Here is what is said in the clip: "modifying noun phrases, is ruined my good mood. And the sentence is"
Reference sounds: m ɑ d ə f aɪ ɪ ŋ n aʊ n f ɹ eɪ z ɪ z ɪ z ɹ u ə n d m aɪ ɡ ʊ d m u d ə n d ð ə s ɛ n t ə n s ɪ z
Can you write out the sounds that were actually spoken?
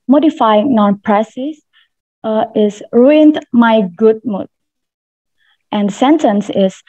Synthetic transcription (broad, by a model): m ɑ d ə f aɪ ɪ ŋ n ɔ n p ɹ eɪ s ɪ s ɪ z ɹ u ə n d m aɪ ɡ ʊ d m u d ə n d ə s ɛ n t ə n s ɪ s